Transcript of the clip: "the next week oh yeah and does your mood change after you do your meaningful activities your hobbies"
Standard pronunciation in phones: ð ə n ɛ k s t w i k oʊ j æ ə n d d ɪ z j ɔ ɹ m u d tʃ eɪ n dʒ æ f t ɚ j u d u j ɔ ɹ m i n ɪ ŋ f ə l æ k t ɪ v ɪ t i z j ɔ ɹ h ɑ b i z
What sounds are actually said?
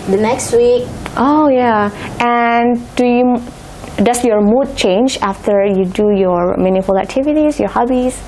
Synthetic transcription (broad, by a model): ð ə n ɛ k s t w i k oʊ j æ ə n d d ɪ s j ɔ ɹ m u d tʃ eɪ n dʒ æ f t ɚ j u d u j ɔ ɹ m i n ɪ f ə l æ k t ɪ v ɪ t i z j ɔ ɹ h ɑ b i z